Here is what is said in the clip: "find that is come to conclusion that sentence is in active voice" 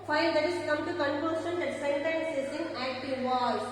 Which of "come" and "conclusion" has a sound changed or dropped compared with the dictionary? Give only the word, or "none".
conclusion